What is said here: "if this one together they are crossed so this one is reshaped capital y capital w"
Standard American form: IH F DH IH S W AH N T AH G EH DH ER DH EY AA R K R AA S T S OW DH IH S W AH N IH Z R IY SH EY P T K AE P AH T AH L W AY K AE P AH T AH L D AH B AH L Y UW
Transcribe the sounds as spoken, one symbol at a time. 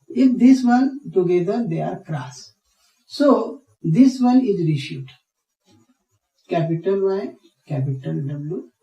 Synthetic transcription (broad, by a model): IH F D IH S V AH N T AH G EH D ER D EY AA R K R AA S S OW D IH S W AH N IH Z R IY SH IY T K AE P AH T AH L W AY K AE P AH T AH L D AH B L Y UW